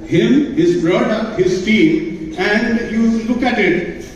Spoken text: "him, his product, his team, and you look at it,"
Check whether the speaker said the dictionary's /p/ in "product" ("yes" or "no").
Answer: no